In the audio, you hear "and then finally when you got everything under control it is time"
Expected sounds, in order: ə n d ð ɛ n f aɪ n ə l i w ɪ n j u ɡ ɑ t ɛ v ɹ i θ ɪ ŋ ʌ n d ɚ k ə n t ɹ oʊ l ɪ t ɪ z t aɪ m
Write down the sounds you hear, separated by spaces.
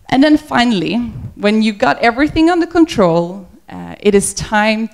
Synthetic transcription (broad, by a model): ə n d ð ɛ n f aɪ n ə l i w ɪ n j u ɡ ɑ t ɛ v ɹ i θ ɪ ŋ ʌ n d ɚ k ə n t ɹ oʊ l ɪ t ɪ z t aɪ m